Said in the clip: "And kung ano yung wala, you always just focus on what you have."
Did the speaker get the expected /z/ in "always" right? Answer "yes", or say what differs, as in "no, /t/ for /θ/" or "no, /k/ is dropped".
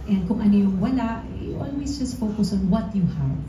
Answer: no, /s/ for /z/